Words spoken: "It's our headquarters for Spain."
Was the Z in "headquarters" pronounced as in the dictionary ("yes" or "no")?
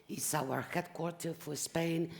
no